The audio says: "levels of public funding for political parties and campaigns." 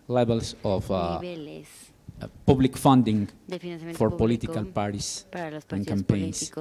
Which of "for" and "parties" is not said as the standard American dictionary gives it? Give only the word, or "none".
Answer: parties